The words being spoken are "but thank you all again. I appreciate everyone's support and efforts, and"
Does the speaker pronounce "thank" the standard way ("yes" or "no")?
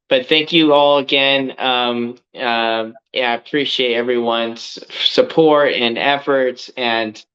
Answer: yes